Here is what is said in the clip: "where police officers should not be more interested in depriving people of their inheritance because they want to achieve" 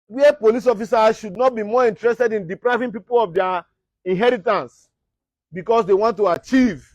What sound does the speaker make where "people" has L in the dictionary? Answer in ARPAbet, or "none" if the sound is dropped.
L